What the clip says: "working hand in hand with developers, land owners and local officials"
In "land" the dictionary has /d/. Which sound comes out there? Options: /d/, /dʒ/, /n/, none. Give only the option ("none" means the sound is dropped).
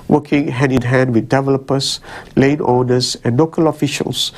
none